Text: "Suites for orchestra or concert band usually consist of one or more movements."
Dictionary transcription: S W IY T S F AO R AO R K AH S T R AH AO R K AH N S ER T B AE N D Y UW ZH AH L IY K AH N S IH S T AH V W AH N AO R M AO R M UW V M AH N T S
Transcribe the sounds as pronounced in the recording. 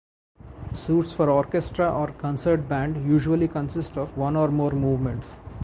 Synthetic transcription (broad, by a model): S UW T S F AO R AO R K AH S T R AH AO R K AH N S ER T B AE N D Y UW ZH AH L IY K AH N S IH S T AH V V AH N AO R M AO R M UW V M AH N T S